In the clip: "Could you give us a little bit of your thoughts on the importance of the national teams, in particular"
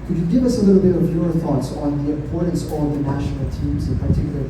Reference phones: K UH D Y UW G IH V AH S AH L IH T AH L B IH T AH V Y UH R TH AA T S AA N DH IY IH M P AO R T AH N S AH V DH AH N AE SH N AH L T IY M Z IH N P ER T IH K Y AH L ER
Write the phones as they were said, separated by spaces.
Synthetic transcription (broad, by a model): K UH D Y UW G IH V AH S AH L IH T L B IH T AH V Y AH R TH AA T S N DH IY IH P AO R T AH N S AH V DH AH N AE SH N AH L T IY M Z IH N P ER T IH K Y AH L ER